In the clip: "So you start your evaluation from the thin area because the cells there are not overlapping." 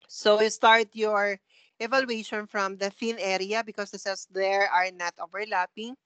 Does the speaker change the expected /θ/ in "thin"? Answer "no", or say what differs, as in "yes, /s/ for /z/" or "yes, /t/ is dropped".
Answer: yes, /f/ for /θ/